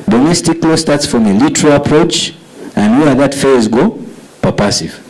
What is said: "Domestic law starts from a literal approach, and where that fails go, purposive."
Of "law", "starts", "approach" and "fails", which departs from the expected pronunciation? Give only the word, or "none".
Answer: fails